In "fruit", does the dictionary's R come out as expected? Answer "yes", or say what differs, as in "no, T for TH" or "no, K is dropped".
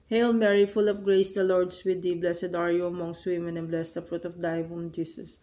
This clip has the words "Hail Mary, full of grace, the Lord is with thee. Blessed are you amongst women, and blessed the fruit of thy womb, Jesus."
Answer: yes